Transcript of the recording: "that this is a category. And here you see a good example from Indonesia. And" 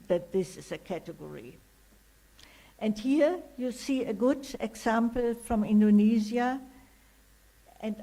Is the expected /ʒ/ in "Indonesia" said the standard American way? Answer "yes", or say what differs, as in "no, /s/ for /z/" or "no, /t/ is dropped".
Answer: no, /z/ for /ʒ/